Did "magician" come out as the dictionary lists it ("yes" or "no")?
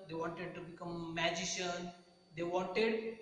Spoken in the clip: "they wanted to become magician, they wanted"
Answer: yes